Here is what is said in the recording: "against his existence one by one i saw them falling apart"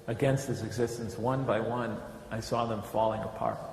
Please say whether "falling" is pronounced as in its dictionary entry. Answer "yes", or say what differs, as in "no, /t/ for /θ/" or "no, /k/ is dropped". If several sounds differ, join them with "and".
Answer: yes